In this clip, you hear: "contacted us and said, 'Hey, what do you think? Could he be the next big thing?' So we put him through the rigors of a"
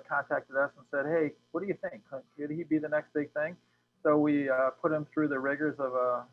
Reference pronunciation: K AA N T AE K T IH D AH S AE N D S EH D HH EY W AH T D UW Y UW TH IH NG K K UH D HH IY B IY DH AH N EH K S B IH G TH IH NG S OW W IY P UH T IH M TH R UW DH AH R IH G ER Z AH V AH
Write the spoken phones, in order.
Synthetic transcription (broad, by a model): K AA N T AE K T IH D AH S N S EH D HH EY W AH T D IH Y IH TH IH NG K K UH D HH IY B IY DH AH N EH K S B IH G TH IH NG S OW W IY P UH T IH M TH R UW DH AH R IH G ER Z AH V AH